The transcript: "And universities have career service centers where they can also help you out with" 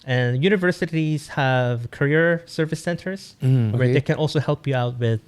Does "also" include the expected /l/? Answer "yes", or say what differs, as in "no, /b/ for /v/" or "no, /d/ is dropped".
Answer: yes